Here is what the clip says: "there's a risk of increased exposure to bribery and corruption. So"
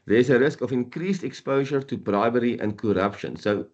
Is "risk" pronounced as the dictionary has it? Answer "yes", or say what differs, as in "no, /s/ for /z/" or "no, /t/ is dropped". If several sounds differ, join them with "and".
yes